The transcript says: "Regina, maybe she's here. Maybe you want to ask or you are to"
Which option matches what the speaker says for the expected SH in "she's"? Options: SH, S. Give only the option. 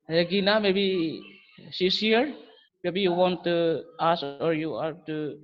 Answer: S